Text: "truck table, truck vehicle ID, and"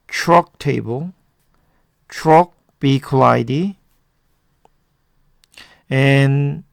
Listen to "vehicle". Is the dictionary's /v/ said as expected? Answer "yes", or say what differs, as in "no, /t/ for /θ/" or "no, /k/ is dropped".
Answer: no, /b/ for /v/